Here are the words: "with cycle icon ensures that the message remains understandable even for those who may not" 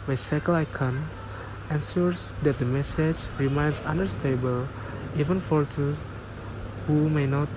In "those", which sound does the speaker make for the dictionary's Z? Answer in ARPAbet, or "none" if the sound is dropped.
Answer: none